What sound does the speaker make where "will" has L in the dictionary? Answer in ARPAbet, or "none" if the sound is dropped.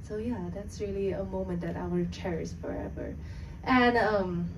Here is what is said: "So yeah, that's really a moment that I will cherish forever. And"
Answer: N